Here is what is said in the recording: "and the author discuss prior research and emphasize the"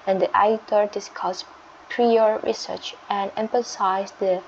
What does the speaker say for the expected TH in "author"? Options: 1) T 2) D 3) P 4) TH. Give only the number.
1